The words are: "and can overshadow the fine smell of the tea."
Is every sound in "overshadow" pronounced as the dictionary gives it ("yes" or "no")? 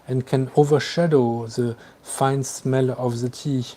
yes